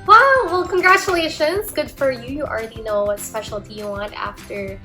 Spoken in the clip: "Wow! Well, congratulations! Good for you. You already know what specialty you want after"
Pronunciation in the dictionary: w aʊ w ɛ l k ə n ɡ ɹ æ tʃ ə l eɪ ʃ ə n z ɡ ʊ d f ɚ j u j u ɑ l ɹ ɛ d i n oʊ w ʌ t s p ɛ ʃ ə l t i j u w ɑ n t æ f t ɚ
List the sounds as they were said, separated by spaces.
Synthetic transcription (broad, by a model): w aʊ w ɛ l k ə n ɡ ɹ æ tʃ ə l eɪ ʃ ə n z ɡ ʊ d f ɚ j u j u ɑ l ɹ ɛ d i n oʊ w ʌ t s p ɛ ʃ l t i j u w ɑ n t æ f t ɚ